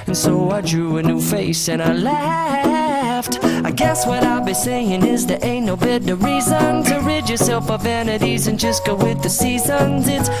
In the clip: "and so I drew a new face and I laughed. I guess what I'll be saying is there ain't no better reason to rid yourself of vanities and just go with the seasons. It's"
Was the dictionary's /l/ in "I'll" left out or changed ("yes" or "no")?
no